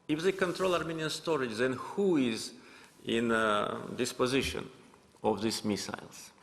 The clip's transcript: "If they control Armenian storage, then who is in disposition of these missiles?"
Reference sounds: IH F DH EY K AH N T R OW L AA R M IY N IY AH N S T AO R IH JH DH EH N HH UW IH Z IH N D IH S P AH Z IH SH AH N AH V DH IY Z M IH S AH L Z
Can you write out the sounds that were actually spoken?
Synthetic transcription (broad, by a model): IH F DH EY K AH N T R OW L AA R M IY N IY AH N S T AO R IH JH DH EH N HH UW IH Z IH N D IH S P AH Z IH SH AH N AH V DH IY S M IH S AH L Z